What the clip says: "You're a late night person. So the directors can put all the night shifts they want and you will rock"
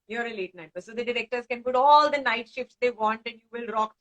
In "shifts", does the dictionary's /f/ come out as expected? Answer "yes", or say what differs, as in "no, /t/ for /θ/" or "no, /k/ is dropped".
yes